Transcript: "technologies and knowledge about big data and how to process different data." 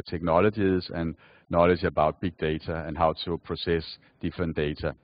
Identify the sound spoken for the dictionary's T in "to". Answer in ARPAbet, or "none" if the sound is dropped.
S